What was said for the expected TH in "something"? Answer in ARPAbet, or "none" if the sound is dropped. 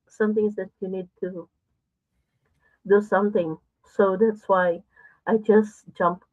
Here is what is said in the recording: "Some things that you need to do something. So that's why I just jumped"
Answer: T